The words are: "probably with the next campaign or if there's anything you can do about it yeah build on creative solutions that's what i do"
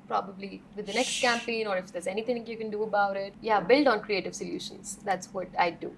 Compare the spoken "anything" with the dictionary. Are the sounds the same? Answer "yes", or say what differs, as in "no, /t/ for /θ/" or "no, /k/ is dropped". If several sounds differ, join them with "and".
no, /t/ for /θ/